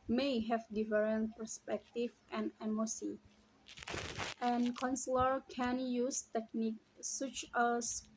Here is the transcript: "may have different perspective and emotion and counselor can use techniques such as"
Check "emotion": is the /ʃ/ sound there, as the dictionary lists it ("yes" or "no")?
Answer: no